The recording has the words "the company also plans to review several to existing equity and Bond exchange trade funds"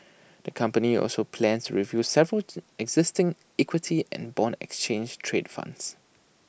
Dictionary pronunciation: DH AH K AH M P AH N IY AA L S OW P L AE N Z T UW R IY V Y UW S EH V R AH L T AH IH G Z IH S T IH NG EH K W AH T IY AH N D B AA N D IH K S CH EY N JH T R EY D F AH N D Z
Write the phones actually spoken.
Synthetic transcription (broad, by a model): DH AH K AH M P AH N IY AA L S OW P L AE N S T UW R IY V Y UW S EH V R AH L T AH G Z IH S T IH NG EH K W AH T IY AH N B AA N IH K S CH EY N JH T R EY D F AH N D S